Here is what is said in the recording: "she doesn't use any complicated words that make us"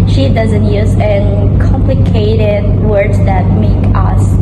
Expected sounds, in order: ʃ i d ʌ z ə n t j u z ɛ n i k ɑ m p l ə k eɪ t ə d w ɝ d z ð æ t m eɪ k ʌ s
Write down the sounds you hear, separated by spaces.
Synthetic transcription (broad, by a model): ʃ i d ʌ z ə n t j u z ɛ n k ɑ m p l ə k eɪ t ə d w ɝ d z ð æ t m eɪ k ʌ s